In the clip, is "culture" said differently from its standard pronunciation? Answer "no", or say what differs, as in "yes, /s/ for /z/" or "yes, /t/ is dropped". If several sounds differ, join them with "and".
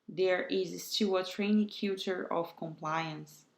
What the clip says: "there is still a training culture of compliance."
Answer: yes, /l/ is dropped